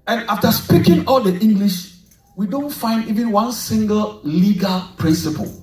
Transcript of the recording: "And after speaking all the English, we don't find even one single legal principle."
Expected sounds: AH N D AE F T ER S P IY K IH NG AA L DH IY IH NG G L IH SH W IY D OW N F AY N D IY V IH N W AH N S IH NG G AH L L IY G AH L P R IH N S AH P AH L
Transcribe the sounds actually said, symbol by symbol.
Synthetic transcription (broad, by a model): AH N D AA F T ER S P IY K IH NG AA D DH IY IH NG G L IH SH W IY D OW N F AY N D IY V IH N W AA N S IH NG G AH L L IY G AH L P R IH N S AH P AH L